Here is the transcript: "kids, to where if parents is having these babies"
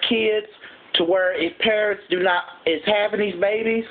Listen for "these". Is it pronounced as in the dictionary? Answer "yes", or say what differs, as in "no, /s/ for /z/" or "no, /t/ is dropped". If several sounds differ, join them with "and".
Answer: yes